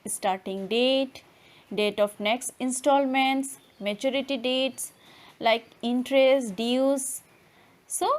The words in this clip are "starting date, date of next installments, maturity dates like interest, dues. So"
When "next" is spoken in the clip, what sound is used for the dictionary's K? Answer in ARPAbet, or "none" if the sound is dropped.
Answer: K